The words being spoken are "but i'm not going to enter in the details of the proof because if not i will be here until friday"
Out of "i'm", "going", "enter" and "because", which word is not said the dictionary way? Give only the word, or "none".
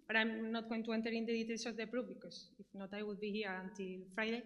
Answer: because